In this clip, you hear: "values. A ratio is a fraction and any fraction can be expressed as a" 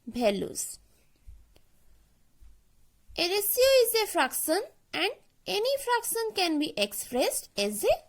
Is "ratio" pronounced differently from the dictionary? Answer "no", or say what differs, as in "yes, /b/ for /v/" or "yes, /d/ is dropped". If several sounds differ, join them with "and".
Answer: yes, /s/ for /ʃ/